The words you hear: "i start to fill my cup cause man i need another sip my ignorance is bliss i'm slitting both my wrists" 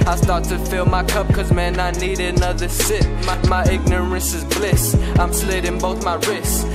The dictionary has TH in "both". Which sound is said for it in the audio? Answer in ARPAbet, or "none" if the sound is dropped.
TH